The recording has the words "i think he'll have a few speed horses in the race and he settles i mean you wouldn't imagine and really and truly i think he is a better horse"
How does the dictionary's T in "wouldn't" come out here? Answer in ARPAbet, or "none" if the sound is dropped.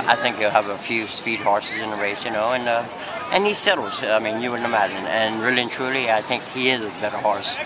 none